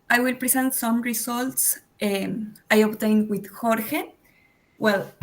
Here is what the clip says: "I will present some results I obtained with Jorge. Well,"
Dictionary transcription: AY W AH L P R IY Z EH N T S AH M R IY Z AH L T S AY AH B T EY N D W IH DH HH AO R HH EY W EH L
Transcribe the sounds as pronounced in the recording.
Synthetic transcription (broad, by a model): AY W AH L P R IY S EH N T S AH M R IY S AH L T S AY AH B T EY N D W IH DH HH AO R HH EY W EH L